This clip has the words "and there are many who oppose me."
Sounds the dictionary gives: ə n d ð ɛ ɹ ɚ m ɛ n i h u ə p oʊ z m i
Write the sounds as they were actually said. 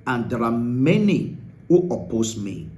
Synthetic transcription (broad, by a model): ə n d ɹ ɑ m ɛ n i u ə p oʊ s m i